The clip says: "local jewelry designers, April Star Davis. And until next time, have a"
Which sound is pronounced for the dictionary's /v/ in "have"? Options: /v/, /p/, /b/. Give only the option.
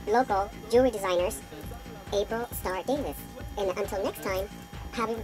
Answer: /b/